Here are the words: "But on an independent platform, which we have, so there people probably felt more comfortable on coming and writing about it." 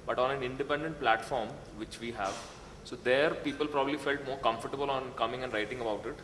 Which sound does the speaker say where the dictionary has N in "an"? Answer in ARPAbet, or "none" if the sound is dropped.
N